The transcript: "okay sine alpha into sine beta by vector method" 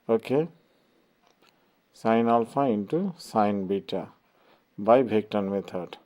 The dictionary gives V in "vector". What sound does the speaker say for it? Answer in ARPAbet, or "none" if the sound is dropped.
B